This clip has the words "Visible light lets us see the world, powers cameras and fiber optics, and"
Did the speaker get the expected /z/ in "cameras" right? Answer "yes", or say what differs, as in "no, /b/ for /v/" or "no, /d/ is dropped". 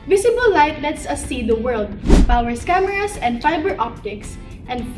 no, /s/ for /z/